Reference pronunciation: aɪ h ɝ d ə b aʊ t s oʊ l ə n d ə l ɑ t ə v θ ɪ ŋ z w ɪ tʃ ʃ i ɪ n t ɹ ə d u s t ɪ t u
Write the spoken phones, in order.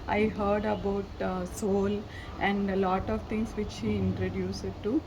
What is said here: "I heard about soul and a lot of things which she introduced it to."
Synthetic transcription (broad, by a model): aɪ h ɝ d ə b aʊ t s oʊ l ə n d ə l ɑ t ə v t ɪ ŋ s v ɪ tʃ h i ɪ n t ɹ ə d u s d t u